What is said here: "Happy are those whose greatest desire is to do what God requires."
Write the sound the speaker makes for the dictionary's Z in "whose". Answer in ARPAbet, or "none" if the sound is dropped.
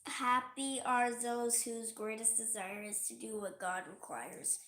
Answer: Z